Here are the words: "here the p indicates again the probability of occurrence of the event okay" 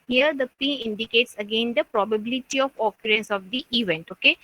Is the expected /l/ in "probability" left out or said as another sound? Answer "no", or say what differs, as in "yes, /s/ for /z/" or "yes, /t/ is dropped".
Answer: no